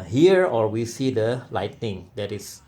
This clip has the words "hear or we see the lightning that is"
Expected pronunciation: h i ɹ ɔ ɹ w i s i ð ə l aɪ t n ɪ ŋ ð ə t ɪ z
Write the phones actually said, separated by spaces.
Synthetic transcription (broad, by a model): h i ɹ ɔ ɹ w i s i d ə l aɪ t n ɪ ŋ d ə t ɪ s